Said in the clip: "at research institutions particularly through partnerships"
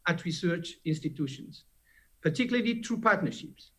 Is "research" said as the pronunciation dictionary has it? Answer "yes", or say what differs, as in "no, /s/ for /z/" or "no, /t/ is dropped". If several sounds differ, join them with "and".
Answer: yes